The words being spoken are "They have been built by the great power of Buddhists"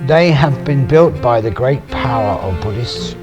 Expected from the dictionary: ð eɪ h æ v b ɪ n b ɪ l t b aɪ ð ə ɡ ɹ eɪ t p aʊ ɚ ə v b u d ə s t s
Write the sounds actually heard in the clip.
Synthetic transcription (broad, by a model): ð eɪ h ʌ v b ɪ n b ɪ l t b aɪ ð ə ɡ ɹ eɪ t p aʊ ɚ ə v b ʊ d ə s t s